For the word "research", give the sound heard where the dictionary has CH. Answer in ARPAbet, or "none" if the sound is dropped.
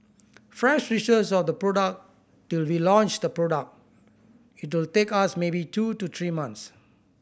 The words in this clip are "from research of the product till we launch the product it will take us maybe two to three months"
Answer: S